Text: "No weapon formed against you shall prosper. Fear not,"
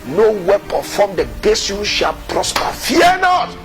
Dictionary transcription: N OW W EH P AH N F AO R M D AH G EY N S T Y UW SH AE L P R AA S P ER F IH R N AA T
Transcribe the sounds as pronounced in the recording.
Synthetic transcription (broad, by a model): N OW W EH P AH F AO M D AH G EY S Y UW SH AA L P R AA S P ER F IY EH N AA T